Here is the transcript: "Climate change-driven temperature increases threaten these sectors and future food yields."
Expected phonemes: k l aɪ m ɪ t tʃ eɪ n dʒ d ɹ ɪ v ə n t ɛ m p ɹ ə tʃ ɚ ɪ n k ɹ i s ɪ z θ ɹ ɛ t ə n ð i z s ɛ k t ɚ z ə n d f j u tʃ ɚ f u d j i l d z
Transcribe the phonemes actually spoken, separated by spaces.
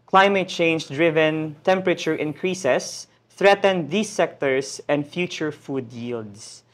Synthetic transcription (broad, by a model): k l aɪ m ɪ t tʃ eɪ n dʒ d ɹ ɪ v ə n t ɛ m p ɹ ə tʃ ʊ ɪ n k ɹ i s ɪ s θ ɹ ɛ t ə n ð i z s ɛ k t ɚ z ə n d f j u tʃ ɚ f u d j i l d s